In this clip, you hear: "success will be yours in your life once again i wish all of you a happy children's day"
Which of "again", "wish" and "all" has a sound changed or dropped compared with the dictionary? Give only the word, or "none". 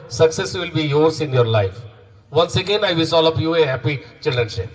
wish